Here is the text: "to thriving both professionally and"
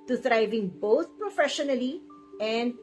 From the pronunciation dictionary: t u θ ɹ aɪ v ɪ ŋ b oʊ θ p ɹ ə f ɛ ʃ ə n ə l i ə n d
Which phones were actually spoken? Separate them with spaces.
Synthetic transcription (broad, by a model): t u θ ɹ aɪ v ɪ ŋ b oʊ t p ɹ ə f ɛ ʃ ə n ə l i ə n d